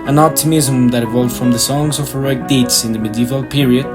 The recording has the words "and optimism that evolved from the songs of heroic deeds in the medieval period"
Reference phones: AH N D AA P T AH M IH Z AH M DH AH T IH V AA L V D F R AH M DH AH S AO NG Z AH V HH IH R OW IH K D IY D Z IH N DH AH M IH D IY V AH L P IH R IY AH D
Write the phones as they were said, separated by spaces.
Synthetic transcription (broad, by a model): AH N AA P T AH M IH Z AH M DH AH T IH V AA L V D F R AH M DH AH S AO NG Z AH V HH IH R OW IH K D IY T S IH N DH AH M IH D IY V AH L P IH R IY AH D